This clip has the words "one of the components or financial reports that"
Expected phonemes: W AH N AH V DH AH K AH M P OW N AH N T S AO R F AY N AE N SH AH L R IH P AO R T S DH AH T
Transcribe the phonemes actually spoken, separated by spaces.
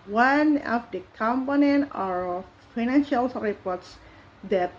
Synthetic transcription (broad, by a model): W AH N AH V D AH K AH M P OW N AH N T AO R F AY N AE N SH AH L R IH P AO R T S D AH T